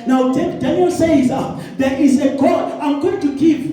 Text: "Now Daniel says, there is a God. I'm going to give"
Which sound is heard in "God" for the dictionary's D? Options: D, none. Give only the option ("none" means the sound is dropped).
none